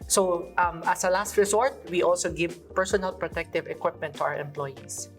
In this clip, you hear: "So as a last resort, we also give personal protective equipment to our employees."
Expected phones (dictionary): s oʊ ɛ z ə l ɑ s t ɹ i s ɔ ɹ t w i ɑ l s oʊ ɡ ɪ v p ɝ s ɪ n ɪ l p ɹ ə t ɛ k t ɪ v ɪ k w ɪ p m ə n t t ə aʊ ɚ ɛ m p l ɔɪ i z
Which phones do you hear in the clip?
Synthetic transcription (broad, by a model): s oʊ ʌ s ə l ɑ s t ɹ i s ɔ ɹ t w i ɑ l s oʊ ɡ ɪ v p ɝ s ɪ n ɪ l p ɹ ə t ɛ k t ɪ v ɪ k w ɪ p m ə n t t ə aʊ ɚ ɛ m p l ɔɪ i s